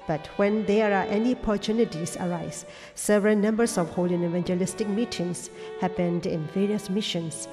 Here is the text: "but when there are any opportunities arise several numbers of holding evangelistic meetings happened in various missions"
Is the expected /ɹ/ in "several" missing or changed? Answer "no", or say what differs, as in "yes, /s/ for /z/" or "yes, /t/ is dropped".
no